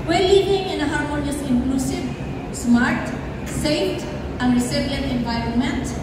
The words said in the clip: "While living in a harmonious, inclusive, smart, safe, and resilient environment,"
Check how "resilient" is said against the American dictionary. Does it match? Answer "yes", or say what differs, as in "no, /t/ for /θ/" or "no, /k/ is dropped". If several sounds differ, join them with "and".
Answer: no, /s/ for /z/